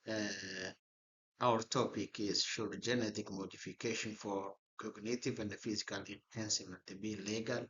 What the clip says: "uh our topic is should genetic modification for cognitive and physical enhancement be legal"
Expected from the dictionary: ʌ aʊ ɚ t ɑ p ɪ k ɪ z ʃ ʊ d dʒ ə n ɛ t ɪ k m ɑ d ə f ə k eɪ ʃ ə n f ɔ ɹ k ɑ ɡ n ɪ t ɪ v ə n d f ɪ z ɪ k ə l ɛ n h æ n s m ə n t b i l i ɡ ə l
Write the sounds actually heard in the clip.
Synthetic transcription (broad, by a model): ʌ aʊ ɚ t ɑ p ɪ k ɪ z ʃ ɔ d dʒ ə n ɛ t ɪ k m ɑ d ə f ə k eɪ ʃ ə n f ɔ ɹ k ɑ ɡ n ɪ t ɪ v ə n d f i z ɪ k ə l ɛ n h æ n s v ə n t b i l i ɡ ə l